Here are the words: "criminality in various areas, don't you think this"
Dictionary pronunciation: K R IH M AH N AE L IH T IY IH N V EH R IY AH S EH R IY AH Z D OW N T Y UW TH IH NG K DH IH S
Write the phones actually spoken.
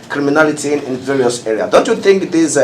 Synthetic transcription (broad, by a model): K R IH M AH N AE L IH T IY IH N V EH R IY AH S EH R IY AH D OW N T Y UW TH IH NG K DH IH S